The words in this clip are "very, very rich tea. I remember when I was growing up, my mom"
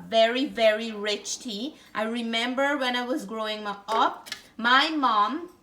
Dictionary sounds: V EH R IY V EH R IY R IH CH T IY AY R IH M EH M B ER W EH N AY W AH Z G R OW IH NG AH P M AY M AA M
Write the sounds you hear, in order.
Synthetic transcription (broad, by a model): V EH R IY V EH R IY R IH CH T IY AY R IH M EH M B ER W EH N AY W AH Z G R OW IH NG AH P M AY M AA M